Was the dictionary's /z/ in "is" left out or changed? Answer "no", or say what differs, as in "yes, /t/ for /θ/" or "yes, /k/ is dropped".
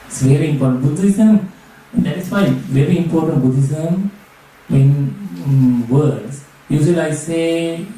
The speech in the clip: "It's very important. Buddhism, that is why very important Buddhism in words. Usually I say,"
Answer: yes, /s/ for /z/